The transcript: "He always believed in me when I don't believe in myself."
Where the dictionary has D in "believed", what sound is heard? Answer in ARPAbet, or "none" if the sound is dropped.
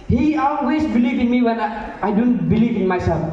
none